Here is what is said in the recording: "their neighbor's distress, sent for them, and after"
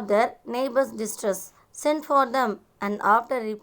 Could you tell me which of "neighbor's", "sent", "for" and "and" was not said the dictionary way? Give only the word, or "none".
neighbor's